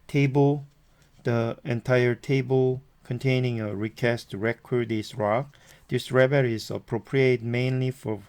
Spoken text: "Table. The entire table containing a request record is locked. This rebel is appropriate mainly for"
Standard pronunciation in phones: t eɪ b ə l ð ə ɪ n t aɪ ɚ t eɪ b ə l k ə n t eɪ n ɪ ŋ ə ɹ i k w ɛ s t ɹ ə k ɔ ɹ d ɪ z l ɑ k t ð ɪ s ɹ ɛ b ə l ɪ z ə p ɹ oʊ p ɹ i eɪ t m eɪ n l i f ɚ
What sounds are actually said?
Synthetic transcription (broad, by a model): t eɪ b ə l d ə ɪ n t aɪ ɚ t eɪ b ə l k ə n t eɪ n ɪ ŋ ə ɹ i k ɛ s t ɹ ə k ɔ ɹ d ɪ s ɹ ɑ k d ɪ s ɹ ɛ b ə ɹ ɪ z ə p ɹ oʊ p ɹ i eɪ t m eɪ n l i f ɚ